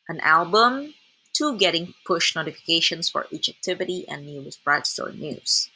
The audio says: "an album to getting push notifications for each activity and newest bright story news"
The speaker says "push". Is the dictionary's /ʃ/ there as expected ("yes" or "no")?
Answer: yes